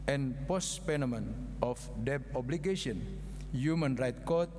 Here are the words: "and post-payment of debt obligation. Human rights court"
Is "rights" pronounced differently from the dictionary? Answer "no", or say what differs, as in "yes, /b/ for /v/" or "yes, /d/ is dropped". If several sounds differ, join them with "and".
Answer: yes, /s/ is dropped